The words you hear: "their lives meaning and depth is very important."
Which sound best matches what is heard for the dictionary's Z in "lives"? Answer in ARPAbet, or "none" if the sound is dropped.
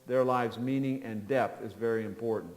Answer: Z